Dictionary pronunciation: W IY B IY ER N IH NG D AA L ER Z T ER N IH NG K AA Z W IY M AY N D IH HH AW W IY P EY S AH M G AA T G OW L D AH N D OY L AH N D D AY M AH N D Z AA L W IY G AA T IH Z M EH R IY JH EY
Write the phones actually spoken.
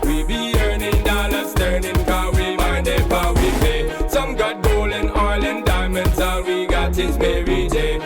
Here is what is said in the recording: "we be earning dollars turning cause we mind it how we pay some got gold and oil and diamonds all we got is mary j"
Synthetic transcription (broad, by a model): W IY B IY ER N IH NG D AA L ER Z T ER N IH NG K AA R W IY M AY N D IH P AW W IY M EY S AH M G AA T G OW L AH N OY L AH N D D AY M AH N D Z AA W IY G AA T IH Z M EH R IY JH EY